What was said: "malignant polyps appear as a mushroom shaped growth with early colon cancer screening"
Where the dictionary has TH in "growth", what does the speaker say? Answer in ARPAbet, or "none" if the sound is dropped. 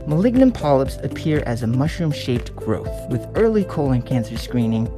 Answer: TH